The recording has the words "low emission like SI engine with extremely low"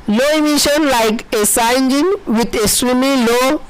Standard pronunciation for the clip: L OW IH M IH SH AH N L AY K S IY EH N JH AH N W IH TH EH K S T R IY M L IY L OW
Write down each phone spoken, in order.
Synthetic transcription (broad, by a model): L OW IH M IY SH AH N L AY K S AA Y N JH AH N W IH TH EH S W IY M IY L OW